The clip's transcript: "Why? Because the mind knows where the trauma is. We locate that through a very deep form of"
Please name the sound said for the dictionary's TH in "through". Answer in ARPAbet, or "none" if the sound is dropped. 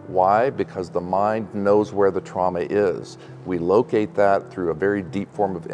TH